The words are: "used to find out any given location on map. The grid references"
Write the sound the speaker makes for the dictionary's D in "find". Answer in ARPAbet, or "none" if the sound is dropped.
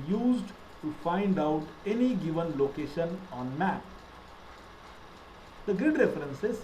D